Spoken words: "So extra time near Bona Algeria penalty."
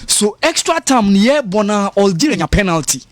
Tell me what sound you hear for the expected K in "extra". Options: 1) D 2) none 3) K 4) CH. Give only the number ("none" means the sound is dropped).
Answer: 3